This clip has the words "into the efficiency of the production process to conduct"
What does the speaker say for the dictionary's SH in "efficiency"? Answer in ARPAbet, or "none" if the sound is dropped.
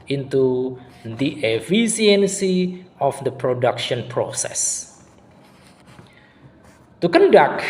S